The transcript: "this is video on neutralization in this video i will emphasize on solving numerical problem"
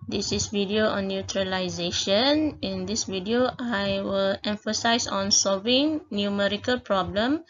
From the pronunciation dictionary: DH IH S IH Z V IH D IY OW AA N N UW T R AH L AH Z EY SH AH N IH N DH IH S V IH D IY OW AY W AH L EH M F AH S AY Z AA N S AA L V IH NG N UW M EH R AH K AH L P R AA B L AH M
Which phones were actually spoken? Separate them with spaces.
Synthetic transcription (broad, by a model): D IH S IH S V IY D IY OW AA N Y UW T R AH L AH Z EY SH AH N IH N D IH S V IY D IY OW AY W AH L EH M F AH S AY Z AA N S AA L V IH NG N UW M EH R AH K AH L P R AA B L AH M